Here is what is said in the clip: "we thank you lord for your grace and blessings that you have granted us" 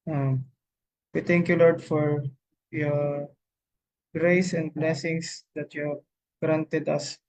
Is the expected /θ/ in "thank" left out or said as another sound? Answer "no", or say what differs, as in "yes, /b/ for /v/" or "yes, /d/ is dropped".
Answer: yes, /t/ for /θ/